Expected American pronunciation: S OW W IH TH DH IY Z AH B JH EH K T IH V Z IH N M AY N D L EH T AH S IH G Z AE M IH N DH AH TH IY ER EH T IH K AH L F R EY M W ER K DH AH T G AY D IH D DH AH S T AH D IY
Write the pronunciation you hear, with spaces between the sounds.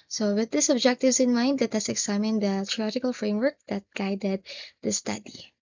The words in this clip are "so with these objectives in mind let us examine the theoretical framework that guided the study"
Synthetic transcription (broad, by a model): S OW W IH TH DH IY S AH B JH EH K T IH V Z IH N M AY N D L EH T AH S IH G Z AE M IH N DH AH T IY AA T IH K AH L F R EY M W ER K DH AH T G AY D IH D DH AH S T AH D IY